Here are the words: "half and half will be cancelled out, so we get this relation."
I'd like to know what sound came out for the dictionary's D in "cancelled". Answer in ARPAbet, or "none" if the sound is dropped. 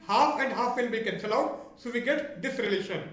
none